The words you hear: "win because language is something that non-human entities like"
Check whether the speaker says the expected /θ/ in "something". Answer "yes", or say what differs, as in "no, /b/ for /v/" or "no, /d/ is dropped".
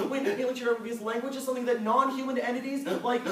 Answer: yes